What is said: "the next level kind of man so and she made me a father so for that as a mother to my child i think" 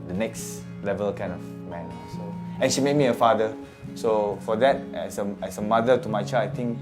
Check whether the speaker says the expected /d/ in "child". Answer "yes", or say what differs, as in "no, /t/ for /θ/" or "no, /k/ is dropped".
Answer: no, /d/ is dropped